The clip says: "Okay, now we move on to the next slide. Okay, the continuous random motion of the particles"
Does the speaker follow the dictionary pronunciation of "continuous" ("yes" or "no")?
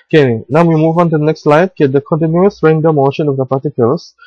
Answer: yes